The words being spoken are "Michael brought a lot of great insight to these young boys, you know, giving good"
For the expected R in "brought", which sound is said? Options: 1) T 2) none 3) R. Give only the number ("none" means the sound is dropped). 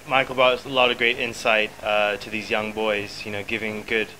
2